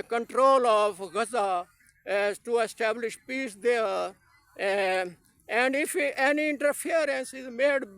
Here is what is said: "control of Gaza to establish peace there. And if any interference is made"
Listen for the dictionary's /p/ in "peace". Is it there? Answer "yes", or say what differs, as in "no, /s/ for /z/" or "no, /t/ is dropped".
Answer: yes